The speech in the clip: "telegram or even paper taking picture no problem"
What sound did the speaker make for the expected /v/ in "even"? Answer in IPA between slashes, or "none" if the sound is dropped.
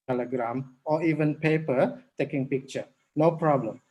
/v/